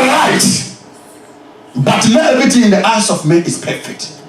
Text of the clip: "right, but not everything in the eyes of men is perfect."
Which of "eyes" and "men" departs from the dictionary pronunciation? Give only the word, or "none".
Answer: eyes